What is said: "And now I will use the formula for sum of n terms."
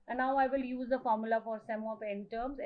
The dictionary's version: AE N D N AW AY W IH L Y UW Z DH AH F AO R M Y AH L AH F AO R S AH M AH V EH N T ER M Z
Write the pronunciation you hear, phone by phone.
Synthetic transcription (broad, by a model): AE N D N AW AY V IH L Y UW Z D AH F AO R M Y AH L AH F AO R S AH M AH P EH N T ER M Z